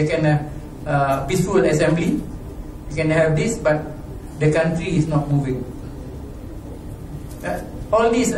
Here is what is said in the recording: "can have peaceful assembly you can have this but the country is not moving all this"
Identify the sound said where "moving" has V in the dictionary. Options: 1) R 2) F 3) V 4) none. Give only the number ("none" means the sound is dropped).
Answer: 3